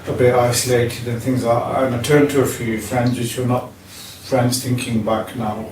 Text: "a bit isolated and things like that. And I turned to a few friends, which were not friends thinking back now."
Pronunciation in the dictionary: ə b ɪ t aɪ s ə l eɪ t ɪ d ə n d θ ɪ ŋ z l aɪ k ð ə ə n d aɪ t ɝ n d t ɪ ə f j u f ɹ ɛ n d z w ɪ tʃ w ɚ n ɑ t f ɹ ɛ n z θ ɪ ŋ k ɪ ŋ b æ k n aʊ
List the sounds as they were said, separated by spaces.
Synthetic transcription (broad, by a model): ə b ɪ t aɪ s ə l eɪ t ɪ d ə n θ ɪ ŋ z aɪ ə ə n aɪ t ɝ n t ɪ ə f j u f ɹ ɛ n d z w ɪ tʃ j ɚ n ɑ t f ɹ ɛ n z θ ɪ ŋ k ɪ ŋ b æ k n aʊ